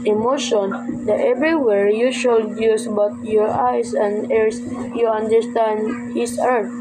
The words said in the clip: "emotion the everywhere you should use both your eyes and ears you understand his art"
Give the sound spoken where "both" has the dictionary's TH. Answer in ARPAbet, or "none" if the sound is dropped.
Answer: T